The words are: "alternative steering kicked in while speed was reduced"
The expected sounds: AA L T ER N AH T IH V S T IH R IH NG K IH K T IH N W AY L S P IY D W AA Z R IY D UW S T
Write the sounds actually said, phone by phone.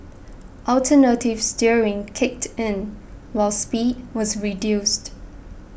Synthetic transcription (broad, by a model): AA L T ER N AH T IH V S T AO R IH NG K IH K T IH N W AY L S P IY D W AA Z R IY D UW S T